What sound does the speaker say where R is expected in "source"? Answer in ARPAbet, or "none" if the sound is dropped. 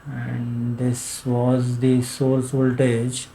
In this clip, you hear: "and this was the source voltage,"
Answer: L